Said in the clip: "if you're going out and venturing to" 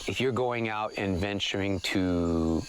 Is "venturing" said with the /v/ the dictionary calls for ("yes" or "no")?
yes